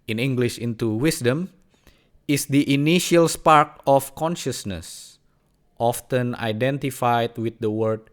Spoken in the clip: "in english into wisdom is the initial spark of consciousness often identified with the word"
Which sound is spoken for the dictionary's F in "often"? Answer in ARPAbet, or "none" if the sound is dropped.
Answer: F